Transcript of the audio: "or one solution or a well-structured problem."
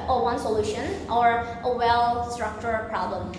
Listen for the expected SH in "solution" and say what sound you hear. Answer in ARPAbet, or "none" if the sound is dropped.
SH